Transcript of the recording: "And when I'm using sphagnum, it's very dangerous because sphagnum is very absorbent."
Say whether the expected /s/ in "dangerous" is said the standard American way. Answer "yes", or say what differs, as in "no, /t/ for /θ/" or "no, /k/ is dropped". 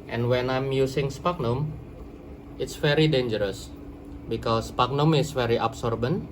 yes